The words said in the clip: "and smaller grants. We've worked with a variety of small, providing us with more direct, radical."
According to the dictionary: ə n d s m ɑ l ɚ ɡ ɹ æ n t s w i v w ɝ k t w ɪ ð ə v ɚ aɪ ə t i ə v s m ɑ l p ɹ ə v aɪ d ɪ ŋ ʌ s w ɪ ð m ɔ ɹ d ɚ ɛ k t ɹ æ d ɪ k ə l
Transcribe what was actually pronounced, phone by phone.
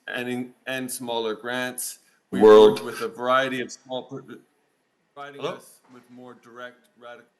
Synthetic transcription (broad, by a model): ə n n s m ɑ l ɚ ɡ ɹ æ n t s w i w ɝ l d w ɪ ð ə v ɚ aɪ ə t i ə v s m ɑ l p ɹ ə ɪ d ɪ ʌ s w ɪ ð m ɔ ɹ d ɚ ɛ k t ɹ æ d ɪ k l